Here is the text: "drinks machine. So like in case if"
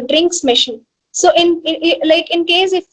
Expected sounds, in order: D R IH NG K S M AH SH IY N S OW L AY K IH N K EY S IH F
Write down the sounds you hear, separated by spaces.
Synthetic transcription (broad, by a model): D R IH NG K S M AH SH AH N S OW L AY K IH N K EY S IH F